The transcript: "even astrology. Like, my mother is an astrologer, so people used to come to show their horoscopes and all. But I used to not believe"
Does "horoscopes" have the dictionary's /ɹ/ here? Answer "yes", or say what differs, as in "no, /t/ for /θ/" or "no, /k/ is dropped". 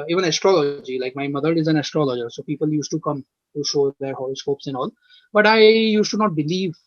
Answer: no, /l/ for /ɹ/